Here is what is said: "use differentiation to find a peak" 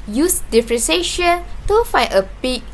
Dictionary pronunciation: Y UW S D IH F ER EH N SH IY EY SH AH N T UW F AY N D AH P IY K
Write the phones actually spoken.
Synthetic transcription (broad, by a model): Y UW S D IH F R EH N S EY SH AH N T UW F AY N AH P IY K